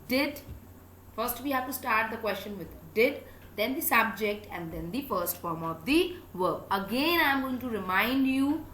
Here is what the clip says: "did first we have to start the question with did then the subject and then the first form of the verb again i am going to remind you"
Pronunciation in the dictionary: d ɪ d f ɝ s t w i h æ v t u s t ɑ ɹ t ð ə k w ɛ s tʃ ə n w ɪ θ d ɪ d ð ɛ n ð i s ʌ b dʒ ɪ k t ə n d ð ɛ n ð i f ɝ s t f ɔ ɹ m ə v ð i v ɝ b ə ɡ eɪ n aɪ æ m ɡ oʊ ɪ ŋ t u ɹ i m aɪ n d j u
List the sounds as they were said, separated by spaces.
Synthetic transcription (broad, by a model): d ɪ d f ɝ s t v i h æ v t u s t ɑ ɹ t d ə k w ɛ s tʃ ə n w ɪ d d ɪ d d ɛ n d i s ʌ b dʒ ɪ k t ə n d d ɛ n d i f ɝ s t f ɔ ɹ m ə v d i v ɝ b ə ɡ eɪ n aɪ m ɡ oʊ ɪ ŋ t u ɹ i m aɪ n d j u